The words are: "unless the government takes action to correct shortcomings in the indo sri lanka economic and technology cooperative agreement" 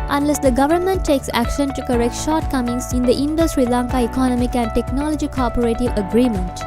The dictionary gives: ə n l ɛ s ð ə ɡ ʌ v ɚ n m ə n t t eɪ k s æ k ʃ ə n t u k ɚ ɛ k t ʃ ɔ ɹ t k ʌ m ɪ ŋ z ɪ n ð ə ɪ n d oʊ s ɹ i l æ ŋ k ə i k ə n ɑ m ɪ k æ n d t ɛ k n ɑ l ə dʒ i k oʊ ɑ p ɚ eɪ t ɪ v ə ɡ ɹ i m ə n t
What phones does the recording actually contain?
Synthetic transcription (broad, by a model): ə n l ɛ s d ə ɡ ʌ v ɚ n m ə n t t eɪ k s æ k ʃ ə n t u k ɚ ɛ k t ʃ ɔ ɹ t k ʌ m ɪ ŋ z ɪ n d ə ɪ n d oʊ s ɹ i l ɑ ŋ k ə i k ə n ɑ m ɪ k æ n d t ɛ k n ɑ l ə dʒ i k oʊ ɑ p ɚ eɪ t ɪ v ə ɡ ɹ i m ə n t